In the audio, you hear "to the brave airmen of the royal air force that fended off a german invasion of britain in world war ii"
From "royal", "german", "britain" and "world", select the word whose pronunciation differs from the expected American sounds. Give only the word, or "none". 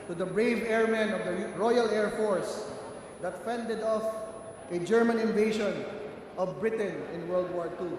none